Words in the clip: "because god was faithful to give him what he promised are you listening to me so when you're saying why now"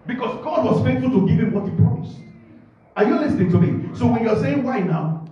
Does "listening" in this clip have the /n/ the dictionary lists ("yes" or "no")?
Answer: yes